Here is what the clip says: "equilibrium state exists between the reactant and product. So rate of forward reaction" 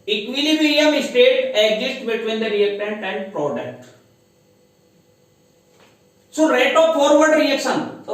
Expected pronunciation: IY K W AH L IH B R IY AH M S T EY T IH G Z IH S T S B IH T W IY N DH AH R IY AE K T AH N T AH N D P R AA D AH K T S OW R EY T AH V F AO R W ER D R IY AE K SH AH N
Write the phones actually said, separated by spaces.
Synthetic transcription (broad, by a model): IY K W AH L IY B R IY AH M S T EY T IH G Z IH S T B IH T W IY N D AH R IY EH K T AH N T AH N D P R AA D AH K T S OW R EY T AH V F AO R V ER D R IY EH K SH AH N